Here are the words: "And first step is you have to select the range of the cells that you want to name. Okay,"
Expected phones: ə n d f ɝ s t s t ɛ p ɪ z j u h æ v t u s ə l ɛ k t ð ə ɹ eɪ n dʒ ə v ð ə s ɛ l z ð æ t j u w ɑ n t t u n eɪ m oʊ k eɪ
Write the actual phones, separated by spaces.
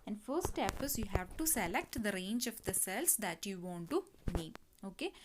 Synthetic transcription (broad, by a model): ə n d f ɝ t s t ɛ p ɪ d j u h æ v t u s ə l ɛ k t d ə ɹ eɪ n dʒ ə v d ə s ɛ l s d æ t j u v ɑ n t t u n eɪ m oʊ k eɪ